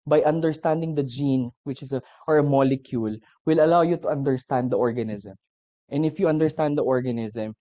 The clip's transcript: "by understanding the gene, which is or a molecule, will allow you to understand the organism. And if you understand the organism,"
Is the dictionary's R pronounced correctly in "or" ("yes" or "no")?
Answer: yes